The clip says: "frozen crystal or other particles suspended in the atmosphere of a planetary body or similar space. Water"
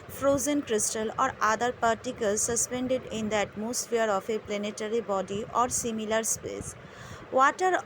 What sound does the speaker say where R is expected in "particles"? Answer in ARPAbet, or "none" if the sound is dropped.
R